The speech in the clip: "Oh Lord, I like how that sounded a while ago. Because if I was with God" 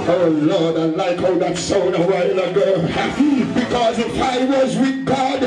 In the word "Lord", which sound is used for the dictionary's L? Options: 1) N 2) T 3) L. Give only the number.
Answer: 3